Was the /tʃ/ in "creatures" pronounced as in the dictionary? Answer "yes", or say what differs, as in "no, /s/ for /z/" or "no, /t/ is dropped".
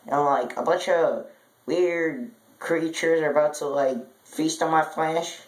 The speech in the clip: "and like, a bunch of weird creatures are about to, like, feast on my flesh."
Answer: yes